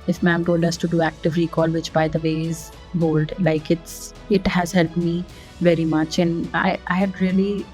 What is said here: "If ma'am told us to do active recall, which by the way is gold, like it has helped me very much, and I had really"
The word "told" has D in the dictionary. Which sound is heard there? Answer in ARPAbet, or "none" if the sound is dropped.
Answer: D